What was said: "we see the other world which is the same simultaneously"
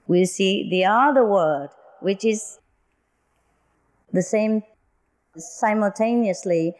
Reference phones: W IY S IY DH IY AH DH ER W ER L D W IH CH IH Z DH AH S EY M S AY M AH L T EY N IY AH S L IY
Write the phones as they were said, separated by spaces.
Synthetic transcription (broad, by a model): W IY S IY DH IY AH DH ER W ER D W IH CH IH Z DH AH S EY M S AY M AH L T EY N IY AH S L IY